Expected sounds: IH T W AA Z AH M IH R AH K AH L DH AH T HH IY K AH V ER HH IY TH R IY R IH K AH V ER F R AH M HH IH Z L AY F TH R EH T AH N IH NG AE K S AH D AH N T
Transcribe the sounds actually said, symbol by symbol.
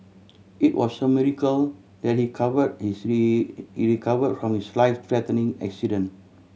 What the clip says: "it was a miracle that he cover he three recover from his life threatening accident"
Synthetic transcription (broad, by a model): IH T W AA S AH M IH R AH K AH L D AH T HH IY K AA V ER HH IY S R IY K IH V AH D F R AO M HH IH S L AY F T R EH T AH N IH NG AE K S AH D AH N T